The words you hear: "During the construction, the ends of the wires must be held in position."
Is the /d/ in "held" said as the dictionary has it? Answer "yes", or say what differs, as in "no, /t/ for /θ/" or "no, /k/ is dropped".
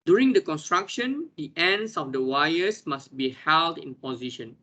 yes